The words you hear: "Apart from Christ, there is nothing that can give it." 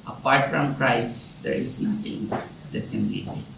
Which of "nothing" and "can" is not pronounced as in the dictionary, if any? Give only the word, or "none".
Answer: nothing